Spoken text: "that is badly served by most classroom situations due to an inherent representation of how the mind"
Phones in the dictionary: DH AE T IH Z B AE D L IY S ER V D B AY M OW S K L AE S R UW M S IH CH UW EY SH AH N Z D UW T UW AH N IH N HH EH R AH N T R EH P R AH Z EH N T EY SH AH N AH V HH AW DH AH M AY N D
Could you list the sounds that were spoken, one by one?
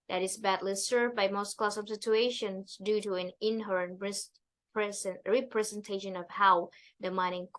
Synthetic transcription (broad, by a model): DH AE T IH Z B AE D L IY S ER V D B AY M OW S K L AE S AH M S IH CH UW EY SH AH N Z D UW T UW AH N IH N HH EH R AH N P R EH P R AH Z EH N T EY SH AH N AH V HH AW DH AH M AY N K